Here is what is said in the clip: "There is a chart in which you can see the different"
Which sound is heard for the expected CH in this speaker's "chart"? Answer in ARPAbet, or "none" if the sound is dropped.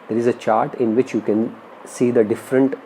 CH